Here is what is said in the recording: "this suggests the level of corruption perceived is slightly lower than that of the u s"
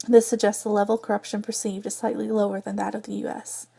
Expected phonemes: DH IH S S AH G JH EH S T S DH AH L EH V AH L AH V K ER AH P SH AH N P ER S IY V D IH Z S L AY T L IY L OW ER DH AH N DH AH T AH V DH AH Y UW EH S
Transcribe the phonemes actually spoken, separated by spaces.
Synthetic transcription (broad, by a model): DH IH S S AH G JH EH S T S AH L EH V L K ER AH P SH AH N P ER S IY V D IH Z S L AY T L IY L OW ER DH AH N DH AH T AH V DH AH Y UW EH S